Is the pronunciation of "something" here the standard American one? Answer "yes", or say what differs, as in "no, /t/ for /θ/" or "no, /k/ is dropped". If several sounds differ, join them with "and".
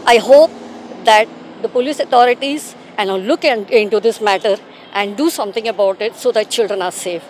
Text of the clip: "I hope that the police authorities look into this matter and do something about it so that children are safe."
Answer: no, /t/ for /θ/